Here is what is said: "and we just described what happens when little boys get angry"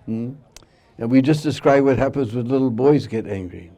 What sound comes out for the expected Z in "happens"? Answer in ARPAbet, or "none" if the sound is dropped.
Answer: Z